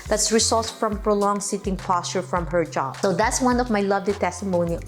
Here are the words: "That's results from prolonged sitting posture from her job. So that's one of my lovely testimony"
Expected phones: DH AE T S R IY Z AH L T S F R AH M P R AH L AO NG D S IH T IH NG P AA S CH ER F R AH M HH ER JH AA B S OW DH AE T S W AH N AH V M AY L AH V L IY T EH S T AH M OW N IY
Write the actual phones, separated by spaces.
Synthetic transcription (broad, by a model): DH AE T S R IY S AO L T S F R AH M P R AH L AO NG S IH T IH NG P AA S CH ER F R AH M HH ER JH AA B S OW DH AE T S W AH N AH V M AY L AH V L IY T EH S T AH M OW N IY